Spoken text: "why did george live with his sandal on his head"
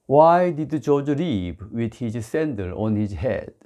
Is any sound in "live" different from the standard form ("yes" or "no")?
yes